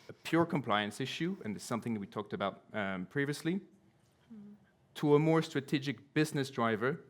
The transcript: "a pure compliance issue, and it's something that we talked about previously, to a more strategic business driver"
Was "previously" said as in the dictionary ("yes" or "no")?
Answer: yes